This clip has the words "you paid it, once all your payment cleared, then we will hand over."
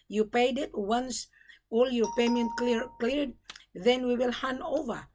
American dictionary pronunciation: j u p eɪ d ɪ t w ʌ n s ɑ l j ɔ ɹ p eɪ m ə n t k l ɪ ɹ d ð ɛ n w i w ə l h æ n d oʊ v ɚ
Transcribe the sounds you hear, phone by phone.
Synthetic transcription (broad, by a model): j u p eɪ d ɪ t w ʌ n s ɑ l j ɔ ɹ p eɪ m ə n t k l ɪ ɹ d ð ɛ n w i w ə l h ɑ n oʊ v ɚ